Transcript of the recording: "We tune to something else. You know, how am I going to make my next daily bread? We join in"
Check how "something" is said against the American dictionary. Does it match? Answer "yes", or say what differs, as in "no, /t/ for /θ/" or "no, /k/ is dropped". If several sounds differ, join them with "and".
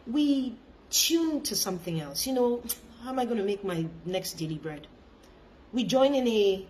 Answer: yes